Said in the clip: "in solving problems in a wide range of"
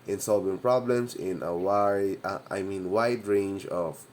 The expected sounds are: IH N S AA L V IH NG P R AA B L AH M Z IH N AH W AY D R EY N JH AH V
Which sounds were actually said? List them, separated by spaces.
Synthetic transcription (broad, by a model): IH N S AA L V IH NG P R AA B L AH M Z IH N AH W AY D R EY N JH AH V